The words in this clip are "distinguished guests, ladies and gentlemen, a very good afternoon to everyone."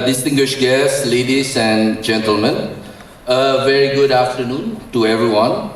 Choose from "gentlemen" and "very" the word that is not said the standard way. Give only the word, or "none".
none